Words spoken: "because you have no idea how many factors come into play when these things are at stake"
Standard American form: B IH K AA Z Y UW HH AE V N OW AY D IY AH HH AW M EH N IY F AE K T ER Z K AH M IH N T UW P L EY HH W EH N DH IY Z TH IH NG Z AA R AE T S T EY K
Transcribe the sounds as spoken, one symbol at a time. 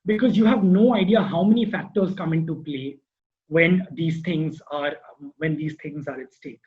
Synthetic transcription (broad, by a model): B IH K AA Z Y UW HH AE V N OW AY D IY AH HH AW M EH N IY F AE K T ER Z K AH M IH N T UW P L EY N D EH N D IY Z T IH NG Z AA R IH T S T EY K